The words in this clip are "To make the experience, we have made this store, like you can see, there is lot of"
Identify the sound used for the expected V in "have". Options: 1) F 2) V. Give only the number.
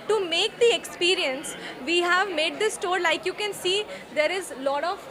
2